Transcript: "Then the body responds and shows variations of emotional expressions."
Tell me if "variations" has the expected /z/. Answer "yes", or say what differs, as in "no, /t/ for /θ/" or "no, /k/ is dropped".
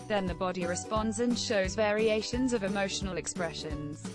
yes